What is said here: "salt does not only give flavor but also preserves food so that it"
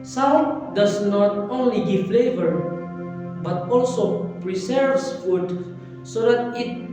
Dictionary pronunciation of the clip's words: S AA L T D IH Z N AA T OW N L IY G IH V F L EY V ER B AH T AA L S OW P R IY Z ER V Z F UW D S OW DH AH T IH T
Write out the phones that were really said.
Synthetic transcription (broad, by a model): S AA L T D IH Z N AA T OW N L IY G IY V F L EY V ER B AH T AA L S OW P R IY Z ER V S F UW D S OW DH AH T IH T